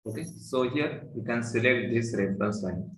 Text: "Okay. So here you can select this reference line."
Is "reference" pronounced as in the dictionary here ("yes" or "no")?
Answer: no